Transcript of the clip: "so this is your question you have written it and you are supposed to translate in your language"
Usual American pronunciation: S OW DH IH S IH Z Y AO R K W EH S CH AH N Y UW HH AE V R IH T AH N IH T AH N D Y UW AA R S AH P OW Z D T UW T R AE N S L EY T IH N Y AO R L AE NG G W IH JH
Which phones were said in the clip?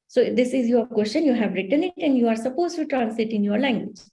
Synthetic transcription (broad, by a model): S OW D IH S IH Z Y AO R K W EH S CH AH N Y UW HH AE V R IH T AH N IH T AH N D Y UW AA R S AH P OW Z T UW T R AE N S IH T IH N Y AO R L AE NG G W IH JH